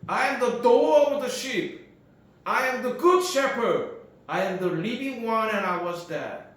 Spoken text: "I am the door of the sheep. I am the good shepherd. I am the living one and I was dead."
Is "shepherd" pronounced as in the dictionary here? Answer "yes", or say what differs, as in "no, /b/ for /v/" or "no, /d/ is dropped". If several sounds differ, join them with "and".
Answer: yes